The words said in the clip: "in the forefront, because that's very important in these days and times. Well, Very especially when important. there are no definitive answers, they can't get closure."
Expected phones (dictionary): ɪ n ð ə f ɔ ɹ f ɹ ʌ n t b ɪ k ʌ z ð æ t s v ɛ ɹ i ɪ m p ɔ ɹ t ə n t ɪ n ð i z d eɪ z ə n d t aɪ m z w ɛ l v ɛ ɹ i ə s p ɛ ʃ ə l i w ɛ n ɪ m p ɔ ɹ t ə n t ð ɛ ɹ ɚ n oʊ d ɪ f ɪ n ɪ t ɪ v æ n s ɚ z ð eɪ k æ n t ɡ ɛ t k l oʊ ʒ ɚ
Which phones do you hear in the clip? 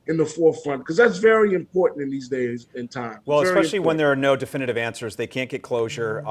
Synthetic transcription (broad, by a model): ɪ n ð ə f ɔ ɹ f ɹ ʌ n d k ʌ z ð æ t s v ɛ ɹ i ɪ m p ɔ ɹ t n t ɪ n ð i z d eɪ z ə n t aɪ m w ɛ l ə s ɛ ə l i w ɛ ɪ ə n ð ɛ ɹ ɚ n oʊ d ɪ f ɪ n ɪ t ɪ v æ n s ɚ z ð eɪ k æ n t ɡ ɛ t k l oʊ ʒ ɚ